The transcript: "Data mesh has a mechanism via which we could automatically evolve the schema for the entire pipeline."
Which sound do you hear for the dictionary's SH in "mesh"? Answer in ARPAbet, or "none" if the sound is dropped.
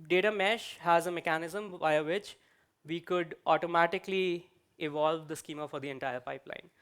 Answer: SH